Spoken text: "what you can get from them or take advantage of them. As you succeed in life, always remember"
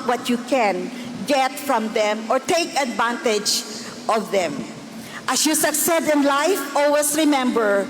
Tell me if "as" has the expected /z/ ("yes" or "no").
no